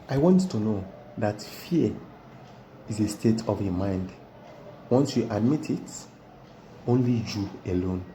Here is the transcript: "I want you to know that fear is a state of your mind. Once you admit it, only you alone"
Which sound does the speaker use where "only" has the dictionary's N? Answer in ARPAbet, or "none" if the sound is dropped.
N